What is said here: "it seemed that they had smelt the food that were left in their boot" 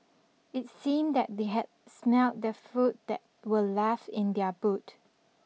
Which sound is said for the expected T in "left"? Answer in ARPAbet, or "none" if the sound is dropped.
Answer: none